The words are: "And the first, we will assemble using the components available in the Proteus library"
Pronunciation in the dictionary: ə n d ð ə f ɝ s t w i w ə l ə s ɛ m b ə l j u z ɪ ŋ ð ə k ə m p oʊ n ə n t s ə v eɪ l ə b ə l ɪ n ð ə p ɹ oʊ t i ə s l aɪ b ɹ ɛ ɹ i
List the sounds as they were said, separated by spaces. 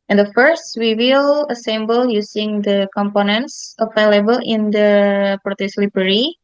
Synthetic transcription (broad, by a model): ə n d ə f ɝ s t w i w ə l ə s ɛ m b ə l j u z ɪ ŋ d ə k ə m p oʊ n ə n t s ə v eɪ l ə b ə l ɪ n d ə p ɹ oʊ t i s l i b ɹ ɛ ɹ i